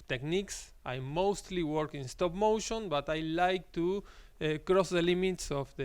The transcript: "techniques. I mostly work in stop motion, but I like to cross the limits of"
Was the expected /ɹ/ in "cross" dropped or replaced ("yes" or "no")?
no